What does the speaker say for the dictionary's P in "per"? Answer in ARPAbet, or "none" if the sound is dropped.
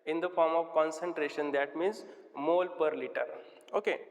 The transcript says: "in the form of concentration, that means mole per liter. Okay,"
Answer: P